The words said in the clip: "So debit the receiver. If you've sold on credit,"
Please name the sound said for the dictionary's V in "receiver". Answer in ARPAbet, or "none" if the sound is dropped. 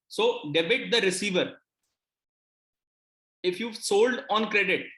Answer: V